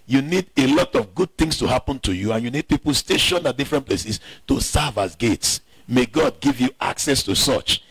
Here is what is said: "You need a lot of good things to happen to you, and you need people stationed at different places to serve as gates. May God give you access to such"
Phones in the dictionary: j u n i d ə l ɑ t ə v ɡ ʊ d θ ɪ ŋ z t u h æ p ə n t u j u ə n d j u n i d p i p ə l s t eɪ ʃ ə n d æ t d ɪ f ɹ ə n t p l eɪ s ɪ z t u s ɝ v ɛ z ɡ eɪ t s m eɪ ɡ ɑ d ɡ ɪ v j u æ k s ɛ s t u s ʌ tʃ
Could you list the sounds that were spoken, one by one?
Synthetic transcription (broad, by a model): j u n i d ə l ɑ t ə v ɡ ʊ d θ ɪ ŋ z t u h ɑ p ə n t u j u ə n j u n i d p i p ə l s t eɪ ʃ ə n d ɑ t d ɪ f ɹ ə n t p l eɪ s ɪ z t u s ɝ v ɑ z ɡ eɪ t s m eɪ ɡ ɑ d ɡ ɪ v j u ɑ k s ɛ s t u s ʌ tʃ